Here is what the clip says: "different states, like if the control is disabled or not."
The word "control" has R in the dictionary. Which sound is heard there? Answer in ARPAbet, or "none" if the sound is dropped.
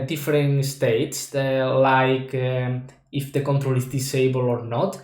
R